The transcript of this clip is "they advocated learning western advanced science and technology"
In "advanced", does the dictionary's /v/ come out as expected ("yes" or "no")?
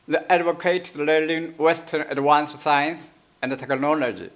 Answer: no